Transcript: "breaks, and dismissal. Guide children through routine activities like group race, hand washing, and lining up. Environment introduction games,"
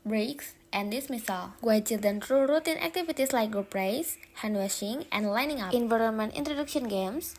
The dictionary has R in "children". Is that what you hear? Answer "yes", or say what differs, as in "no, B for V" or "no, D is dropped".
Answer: no, R is dropped